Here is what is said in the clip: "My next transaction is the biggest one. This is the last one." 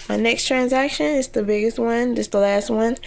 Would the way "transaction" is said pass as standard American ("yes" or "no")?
yes